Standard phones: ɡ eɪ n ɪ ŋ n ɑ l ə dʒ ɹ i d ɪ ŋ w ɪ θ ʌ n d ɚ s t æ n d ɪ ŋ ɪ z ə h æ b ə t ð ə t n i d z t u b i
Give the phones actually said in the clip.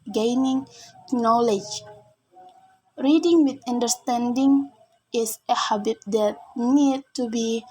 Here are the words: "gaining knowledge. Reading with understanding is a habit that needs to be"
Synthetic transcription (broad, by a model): ɡ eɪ n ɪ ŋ n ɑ l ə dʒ ɹ i d ɪ ŋ w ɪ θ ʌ n d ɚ s t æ n d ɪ ŋ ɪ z ə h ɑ b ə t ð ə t n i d t u b i